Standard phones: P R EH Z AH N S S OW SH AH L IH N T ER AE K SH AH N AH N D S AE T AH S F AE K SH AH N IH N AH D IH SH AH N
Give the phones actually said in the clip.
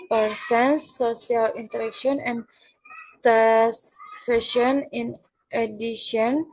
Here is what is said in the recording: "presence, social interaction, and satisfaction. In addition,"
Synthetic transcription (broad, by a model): P R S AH N S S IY AH L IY N T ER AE K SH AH N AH N S T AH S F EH SH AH N IH N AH D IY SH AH N